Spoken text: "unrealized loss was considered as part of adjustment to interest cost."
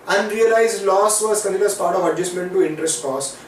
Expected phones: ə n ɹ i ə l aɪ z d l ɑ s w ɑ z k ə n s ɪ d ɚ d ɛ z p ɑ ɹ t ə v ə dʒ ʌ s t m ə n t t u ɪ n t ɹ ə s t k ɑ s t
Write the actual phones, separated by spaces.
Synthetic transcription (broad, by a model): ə n ɹ i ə l aɪ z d l ɑ s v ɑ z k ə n ɪ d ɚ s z p ɑ ɹ t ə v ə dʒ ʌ s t m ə n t t u ɪ n t ɹ ə s t k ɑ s